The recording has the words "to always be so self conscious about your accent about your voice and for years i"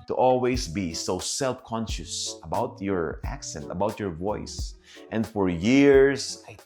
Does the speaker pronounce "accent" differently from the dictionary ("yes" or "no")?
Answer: no